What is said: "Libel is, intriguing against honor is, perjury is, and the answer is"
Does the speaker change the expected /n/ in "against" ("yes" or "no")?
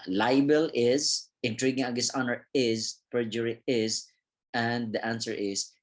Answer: yes